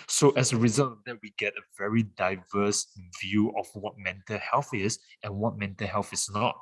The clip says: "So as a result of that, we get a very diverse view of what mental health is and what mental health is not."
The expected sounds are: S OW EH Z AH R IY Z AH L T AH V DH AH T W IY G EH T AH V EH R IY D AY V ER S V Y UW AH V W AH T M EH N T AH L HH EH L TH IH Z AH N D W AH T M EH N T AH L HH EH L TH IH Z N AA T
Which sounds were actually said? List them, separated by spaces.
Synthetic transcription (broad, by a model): S OW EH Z AH R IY Z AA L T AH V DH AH T W IY G EH T AH V EH R IY D AY V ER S V Y UW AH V W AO T M EH N T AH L HH EH L TH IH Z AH N W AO T M EH N T AH L HH EH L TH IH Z N AA T